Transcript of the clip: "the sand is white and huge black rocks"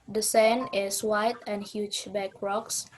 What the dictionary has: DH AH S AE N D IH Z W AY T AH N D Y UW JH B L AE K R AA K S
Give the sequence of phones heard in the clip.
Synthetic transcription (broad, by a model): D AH S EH N IH S W AY T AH N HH Y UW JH B AE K R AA K S